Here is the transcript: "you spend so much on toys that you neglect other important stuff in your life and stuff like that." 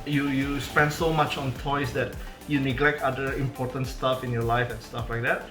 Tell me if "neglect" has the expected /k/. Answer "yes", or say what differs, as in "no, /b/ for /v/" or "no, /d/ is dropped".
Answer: yes